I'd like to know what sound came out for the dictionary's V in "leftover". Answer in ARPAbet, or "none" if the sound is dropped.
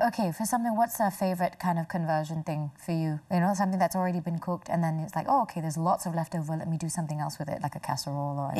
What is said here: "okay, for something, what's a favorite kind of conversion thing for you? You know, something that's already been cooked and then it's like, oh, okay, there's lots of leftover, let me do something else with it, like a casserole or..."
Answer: V